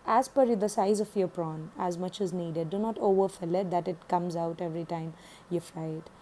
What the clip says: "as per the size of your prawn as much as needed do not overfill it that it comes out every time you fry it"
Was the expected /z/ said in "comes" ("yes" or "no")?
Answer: yes